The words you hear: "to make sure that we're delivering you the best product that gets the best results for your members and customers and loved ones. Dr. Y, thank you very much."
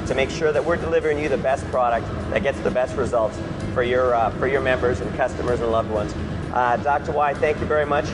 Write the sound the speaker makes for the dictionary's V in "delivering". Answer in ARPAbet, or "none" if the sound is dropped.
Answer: V